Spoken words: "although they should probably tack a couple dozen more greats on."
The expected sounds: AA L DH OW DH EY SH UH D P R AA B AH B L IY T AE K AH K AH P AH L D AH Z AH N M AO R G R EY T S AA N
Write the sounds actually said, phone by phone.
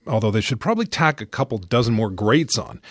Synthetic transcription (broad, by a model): AA L DH OW DH EY SH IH D P R AA B AH B L IY T AE K AH K AH P L D AH Z AH N M AO R G R EY T S N